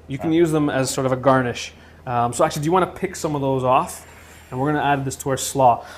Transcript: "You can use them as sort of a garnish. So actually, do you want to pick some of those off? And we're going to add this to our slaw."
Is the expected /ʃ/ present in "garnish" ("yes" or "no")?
yes